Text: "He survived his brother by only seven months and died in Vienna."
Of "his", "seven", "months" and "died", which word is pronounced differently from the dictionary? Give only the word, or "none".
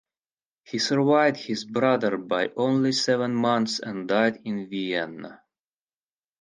none